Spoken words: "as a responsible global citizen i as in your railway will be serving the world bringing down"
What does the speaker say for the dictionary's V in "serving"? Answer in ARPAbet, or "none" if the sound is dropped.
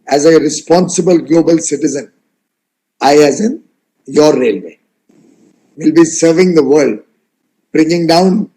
V